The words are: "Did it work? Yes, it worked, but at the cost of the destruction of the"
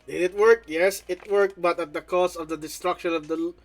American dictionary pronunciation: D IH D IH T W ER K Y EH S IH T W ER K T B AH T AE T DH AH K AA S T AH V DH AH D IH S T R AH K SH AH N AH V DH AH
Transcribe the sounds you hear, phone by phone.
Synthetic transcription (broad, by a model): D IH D IH T W ER K Y EH S IH T W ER K B AH T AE T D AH K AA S AH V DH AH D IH S T R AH K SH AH N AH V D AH